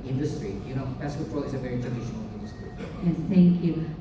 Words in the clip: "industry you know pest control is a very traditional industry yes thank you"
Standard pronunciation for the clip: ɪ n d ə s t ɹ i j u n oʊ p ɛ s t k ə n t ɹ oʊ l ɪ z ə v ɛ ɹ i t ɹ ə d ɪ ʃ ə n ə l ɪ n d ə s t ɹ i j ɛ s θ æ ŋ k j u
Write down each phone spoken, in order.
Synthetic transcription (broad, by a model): ɪ n d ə s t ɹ i j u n oʊ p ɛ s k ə t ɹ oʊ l ɪ z ə v ɛ ɹ i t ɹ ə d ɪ ʃ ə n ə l ɪ n d ə s t ɹ i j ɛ θ æ ŋ k j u